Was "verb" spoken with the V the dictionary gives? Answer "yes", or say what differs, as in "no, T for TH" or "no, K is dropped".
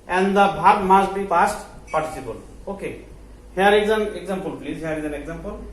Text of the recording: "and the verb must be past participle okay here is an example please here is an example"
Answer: no, B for V